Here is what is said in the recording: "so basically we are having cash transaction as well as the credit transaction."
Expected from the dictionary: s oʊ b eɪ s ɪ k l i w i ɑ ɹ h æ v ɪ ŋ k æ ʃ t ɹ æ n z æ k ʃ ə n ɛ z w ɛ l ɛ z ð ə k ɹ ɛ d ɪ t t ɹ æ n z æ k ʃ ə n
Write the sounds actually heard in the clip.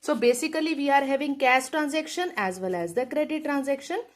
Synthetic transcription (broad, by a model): s oʊ b eɪ s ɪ k l i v i ɑ ɹ h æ v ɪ ŋ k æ s t ɹ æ n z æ k ʃ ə n ɛ z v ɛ l ɛ z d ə k ɹ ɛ d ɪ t t ɹ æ n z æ k ʃ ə n